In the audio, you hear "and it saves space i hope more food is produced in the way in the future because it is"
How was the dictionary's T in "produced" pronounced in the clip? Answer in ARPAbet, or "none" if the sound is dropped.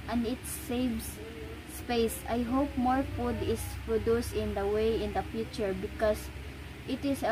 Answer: none